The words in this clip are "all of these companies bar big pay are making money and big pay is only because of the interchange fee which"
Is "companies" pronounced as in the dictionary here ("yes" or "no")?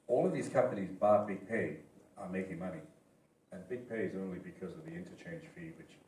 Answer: yes